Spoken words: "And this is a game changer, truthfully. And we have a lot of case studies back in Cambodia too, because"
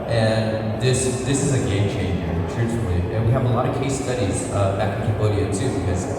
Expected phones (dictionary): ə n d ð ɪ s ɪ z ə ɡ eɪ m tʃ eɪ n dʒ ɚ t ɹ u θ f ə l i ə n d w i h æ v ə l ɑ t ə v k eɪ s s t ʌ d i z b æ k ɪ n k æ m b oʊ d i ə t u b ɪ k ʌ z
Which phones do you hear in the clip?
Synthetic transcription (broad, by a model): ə n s ð ɪ s ɪ z ə ɡ eɪ m tʃ eɪ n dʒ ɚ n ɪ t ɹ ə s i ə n w i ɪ v ə l ɑ t ə v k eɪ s s t ʌ d i z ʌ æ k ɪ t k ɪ b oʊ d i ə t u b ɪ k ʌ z